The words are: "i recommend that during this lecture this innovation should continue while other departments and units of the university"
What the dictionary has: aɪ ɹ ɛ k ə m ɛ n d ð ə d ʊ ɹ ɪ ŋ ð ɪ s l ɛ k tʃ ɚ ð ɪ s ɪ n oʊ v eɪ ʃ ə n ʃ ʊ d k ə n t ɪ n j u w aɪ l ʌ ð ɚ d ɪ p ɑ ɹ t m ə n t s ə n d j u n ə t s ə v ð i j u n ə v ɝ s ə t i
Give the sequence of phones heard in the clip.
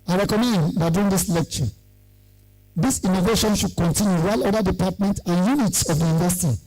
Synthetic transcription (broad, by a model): aɪ ɹ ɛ k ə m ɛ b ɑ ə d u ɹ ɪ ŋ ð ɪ s l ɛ k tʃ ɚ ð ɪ s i n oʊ v eɪ ʃ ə n ʃ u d k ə n t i n j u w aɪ l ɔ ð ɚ d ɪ p ɑ t m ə n t ə n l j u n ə t s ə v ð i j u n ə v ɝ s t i